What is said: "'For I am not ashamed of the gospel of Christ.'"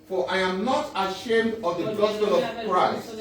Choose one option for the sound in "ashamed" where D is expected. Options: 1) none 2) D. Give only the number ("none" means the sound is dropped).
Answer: 2